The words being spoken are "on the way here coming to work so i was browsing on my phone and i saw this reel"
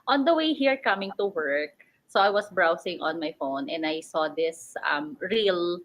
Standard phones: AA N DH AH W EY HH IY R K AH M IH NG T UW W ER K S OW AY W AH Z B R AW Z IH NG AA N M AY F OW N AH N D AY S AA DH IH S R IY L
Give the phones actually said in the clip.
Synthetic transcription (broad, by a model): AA N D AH W EY HH IY R K AH M IH NG T UW W ER K S OW AY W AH S B R AW S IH NG AA N M AY F OW N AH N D AY S AA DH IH S R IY L